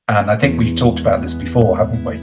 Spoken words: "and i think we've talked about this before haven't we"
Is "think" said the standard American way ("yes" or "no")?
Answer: yes